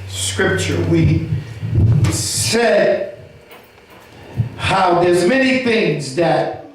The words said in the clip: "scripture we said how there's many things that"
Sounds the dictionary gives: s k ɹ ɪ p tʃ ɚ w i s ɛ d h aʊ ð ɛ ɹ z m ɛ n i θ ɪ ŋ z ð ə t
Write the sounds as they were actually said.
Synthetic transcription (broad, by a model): s k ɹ ɪ p tʃ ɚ w i s ɛ d h aʊ ð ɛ ɹ z m ɛ n i θ ɪ ŋ z ð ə t